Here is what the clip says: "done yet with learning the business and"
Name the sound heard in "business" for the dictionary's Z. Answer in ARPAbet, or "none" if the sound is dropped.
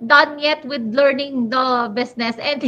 S